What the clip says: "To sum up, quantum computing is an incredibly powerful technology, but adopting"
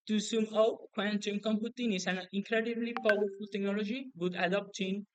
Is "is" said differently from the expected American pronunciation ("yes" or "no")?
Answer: yes